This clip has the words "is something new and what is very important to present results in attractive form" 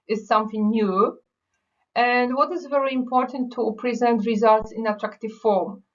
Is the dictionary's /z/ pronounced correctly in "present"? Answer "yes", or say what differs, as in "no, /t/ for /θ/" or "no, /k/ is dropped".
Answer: yes